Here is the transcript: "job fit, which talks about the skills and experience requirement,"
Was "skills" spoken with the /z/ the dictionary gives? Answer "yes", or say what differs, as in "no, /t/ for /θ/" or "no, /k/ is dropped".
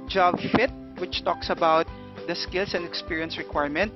no, /s/ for /z/